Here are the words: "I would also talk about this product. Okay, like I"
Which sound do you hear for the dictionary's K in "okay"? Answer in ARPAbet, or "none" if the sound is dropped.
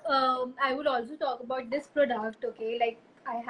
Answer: K